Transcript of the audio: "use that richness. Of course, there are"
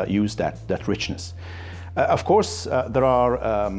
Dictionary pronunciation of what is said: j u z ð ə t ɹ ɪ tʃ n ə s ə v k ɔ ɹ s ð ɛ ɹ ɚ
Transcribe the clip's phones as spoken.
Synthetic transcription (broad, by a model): j u z ð ə t ɹ ɪ tʃ n ə s ə v k ɔ ɹ s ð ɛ ɹ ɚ